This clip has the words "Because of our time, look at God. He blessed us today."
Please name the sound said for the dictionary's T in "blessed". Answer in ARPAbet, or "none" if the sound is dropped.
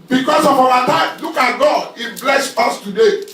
none